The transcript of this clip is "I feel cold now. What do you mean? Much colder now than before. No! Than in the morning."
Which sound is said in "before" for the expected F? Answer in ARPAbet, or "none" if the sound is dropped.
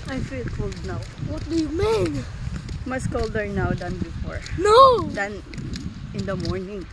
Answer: F